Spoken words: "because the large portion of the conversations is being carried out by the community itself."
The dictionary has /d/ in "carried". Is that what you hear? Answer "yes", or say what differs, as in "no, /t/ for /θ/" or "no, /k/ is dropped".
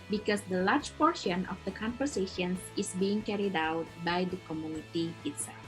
yes